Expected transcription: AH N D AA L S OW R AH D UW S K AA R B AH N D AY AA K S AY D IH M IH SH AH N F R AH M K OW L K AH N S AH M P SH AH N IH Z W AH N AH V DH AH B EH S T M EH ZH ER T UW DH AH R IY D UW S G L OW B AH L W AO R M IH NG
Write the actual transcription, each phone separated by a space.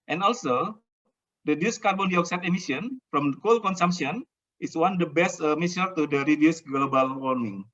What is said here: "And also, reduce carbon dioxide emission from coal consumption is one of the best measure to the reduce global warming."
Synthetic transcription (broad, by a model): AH N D AA L S OW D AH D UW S K AA R B AH N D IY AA K S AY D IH M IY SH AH N F R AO M K OW L K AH N S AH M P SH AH N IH S W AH N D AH B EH S T M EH S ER T UW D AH R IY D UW S G L OW B AH L W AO R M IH NG